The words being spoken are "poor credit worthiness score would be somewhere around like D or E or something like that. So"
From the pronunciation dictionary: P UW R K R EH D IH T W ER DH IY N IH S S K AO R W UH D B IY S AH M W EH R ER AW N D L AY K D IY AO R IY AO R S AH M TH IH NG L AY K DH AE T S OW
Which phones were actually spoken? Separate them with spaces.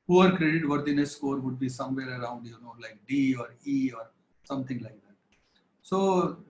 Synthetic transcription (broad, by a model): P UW R K R EH D IH T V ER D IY N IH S S K AO R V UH D B IY S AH M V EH R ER AW N D L AY K D IY AO R IY AO R S AH M T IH NG L AY K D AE T S OW